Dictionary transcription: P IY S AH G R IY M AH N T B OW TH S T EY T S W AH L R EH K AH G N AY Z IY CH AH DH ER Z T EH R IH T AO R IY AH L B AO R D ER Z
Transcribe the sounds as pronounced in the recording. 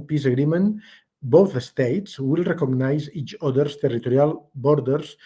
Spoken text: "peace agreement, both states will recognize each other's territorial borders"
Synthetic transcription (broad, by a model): P IY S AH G R IY M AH N B OW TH S T EY T S W AH L R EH K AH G N AY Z IY CH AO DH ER S T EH R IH T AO R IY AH L B AO R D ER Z